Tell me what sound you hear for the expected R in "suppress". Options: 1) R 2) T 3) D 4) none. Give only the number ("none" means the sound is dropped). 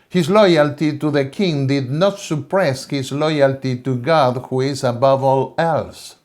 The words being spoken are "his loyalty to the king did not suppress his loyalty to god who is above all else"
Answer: 1